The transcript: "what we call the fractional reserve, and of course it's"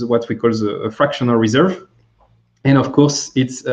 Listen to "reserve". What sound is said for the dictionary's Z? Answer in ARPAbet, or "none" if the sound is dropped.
Z